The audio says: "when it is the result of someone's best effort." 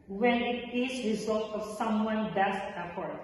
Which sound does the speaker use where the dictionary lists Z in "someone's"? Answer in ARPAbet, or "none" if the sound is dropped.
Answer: none